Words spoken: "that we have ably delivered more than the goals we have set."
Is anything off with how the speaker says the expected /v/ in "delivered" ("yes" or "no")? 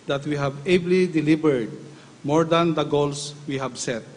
yes